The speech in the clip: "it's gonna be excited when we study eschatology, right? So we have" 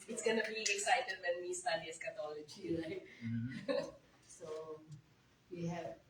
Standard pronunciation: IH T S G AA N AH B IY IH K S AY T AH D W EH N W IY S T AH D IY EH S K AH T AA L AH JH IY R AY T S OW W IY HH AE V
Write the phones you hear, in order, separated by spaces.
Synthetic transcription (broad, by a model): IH T S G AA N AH B IY IH K S AY T AH D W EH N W IY S T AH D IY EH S K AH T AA L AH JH IY L AY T S OW W IY HH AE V